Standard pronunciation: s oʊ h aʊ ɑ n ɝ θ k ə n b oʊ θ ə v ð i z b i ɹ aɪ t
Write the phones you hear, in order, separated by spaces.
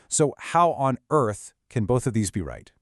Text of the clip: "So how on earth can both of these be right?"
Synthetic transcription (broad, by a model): s oʊ h aʊ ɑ n ɝ θ k ə n b oʊ θ ə v ð i z b i ɹ aɪ t